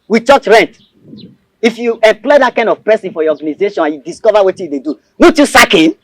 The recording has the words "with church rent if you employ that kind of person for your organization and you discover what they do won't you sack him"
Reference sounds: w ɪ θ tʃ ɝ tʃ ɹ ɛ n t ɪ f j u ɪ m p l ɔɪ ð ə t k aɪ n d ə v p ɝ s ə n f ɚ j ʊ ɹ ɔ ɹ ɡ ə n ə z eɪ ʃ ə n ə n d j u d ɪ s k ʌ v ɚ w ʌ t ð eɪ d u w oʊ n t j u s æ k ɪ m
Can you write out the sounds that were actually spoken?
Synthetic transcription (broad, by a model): w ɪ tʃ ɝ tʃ ɹ ɛ n t ɪ f j u ɪ m p l ɔɪ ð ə t k aɪ n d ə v p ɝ s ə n f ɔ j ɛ ɔ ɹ ɡ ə n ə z eɪ ʃ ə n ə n j u d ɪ s k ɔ v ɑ w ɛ t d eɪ d u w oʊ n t j u s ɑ k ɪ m